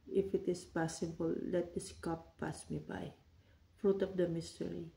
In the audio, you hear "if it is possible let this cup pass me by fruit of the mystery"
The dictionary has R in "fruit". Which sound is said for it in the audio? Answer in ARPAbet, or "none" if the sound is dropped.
R